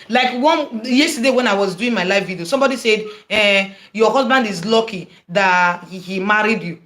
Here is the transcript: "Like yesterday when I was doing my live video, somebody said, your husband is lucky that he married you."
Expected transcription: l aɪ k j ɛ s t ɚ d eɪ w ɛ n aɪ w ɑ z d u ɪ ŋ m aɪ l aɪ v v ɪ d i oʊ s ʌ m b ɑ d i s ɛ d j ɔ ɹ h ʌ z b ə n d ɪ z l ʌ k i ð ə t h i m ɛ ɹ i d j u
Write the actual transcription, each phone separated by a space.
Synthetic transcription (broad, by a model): l aɪ k j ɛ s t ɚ d eɪ w ɛ n aɪ w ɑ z d u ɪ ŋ m aɪ l aɪ f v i d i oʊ s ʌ m b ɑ d i s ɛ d j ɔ h ʌ z b ə n d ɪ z l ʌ k i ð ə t h i m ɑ ɹ i d j u